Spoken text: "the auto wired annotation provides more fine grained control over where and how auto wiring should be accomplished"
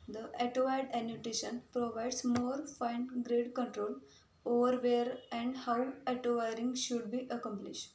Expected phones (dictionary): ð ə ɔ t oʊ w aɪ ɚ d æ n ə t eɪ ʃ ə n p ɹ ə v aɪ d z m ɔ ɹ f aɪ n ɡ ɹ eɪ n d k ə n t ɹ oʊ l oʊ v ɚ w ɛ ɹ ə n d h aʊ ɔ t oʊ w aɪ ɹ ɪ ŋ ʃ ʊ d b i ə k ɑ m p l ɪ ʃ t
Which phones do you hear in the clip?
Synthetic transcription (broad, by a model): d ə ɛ t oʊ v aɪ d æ n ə t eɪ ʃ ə n p ɹ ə v aɪ d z m ɔ ɹ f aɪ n ɡ ɹ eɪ d k ə n t ɹ oʊ l oʊ v ɚ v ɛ ɹ ə n d h aʊ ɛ t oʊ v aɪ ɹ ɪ ŋ ʃ ʊ d b i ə k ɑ m p l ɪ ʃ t